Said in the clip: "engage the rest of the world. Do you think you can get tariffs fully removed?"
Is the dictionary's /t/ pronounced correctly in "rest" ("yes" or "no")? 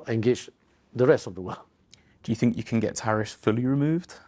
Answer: yes